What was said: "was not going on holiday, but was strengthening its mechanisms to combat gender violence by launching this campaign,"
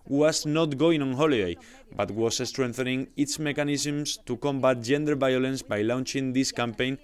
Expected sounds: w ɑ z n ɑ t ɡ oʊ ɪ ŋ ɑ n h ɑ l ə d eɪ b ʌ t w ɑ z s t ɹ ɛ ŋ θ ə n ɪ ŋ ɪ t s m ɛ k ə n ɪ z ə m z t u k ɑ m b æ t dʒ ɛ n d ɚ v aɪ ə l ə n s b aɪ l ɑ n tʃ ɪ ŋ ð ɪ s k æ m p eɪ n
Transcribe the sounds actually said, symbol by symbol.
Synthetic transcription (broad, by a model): w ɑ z n ɑ t ɡ oʊ ɪ ŋ ɑ n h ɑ l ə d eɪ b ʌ t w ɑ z s t ɹ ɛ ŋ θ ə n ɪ ŋ ɪ t s m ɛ k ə n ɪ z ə m s t u k ɑ m b æ t dʒ ɛ n d ɚ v aɪ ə l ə n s b aɪ l ɑ n tʃ ɪ ŋ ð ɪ s k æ m p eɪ n